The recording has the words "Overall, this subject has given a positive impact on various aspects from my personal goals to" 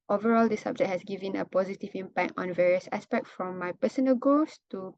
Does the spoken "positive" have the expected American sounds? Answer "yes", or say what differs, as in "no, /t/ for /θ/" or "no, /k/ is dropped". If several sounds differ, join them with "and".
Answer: yes